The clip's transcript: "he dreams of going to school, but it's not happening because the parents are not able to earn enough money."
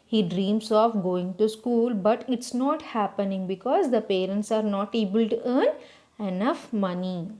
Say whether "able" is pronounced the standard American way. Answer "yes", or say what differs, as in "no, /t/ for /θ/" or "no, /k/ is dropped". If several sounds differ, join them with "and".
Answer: yes